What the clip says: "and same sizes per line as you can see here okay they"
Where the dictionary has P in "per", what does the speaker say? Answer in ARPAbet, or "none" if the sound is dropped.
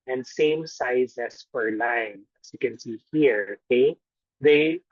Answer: F